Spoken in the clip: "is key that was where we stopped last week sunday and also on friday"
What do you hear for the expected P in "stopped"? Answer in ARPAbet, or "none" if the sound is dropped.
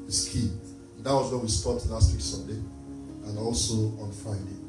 none